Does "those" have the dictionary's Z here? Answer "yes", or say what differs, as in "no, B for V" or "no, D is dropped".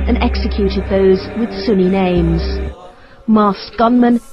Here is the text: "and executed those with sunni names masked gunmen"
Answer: yes